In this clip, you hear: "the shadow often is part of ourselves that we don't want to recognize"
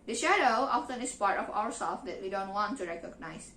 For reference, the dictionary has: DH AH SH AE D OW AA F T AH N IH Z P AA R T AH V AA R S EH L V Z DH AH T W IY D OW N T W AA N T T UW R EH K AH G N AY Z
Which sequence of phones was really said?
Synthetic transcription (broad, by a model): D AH SH AE D OW AA F T AH N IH S P AA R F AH W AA R S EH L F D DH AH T W IY D OW N T W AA N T T UW R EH K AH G N AY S